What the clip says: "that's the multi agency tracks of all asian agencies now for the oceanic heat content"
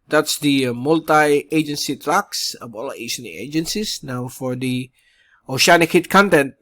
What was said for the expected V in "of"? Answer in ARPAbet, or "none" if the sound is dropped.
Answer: B